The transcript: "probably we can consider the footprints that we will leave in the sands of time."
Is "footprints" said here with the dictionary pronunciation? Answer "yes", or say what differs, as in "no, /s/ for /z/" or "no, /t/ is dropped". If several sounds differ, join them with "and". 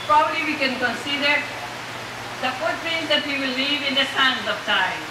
no, /p/ is dropped